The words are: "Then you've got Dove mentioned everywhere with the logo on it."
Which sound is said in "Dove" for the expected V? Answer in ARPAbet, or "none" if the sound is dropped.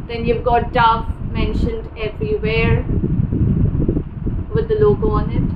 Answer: F